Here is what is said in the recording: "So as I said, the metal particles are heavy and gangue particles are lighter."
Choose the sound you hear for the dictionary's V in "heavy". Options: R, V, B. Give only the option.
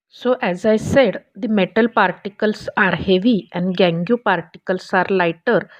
V